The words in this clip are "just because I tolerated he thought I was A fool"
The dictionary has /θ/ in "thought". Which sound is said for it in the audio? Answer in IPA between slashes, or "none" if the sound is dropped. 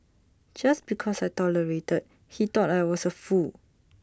/t/